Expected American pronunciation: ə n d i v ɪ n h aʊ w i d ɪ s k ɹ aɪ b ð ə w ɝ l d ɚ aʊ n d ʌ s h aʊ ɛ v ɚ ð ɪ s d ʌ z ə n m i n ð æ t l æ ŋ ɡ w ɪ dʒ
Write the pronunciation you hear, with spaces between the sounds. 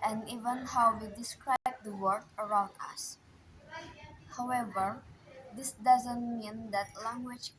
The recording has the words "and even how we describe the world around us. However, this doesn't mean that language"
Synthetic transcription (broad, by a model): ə n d i v ɪ n h aʊ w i d ɪ s k ɹ aɪ b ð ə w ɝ d ɚ aʊ n d ʌ s h aʊ ɛ v ɚ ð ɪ s d ʌ z ə n m i n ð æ t l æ ŋ ɡ w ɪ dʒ